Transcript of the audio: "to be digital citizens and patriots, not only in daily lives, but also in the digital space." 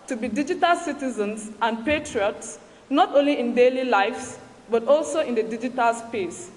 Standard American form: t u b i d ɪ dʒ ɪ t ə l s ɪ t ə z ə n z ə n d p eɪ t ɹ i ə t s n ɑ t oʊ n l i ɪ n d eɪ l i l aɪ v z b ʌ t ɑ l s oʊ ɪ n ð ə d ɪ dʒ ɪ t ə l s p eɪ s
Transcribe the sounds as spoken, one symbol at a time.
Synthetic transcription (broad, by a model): t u b i d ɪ dʒ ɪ t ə l s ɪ t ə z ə n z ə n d p eɪ t ɹ i ə t s n ɑ t oʊ n l i ɪ n d eɪ l i l aɪ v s b ʌ t ɑ l s oʊ ɪ n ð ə d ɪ dʒ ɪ t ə l s p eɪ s